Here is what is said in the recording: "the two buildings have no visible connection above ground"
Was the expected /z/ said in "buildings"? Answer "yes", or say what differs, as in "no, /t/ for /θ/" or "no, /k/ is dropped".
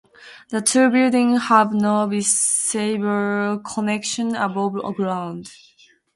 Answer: no, /z/ is dropped